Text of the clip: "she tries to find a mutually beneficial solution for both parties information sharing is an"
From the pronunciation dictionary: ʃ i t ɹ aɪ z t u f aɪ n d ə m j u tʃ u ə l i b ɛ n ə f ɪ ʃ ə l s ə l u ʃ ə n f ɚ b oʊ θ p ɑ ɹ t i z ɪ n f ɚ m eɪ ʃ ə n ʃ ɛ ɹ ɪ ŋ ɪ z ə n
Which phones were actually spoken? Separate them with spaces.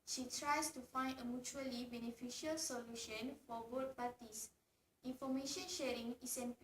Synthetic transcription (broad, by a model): ʃ i t ɹ aɪ s t u f aɪ n d ə m j u tʃ u ə l i b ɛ n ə f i ʃ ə l s ə l u ʃ ə n f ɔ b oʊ t p ɑ t i s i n f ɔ m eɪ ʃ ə n ʃ ɛ ɹ ɪ ŋ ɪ s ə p